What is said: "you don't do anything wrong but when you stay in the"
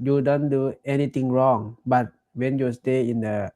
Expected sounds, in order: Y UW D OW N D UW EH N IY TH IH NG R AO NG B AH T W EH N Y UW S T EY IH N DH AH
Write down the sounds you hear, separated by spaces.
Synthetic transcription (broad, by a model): Y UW D OW N D UW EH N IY T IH NG R AO NG B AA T W EH N Y UW S T EY IH N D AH